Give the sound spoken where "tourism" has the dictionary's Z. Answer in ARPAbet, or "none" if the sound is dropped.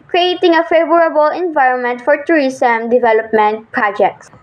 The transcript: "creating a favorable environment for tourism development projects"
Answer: S